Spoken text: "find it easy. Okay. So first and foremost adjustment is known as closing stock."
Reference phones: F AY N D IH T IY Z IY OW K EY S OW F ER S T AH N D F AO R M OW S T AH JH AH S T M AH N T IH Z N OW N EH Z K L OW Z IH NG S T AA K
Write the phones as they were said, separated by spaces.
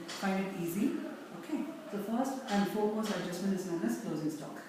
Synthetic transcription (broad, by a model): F AY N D IH T IY Z IY OW K EY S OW F ER S T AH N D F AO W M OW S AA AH JH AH S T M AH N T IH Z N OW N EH S K L OW Z IH NG S T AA K